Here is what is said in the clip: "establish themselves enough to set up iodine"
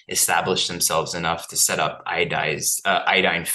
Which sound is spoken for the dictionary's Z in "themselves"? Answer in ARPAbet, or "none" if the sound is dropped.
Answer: Z